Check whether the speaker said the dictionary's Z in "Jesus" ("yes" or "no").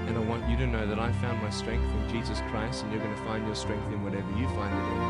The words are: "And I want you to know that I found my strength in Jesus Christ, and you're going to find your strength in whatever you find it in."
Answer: yes